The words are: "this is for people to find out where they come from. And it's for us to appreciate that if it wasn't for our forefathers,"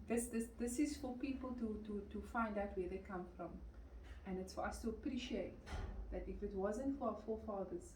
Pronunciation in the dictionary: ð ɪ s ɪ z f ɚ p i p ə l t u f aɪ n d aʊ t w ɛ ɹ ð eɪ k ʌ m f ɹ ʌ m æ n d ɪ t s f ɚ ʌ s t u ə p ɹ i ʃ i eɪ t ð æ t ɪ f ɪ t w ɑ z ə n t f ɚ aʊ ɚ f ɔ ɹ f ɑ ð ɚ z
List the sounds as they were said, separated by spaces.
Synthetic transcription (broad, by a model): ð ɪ s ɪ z f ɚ p i p ə l t u f aɪ n d aʊ t w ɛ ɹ ð eɪ k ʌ m f ɹ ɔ m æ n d ɪ t s f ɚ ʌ s t u ə p ɹ i ʃ i eɪ t ð æ t ɪ f ɪ t w ɑ z ə n t f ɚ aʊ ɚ f ɔ f ɑ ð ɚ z